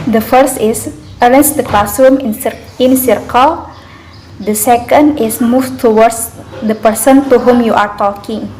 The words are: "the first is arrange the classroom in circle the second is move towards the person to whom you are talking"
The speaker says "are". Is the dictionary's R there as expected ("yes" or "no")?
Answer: yes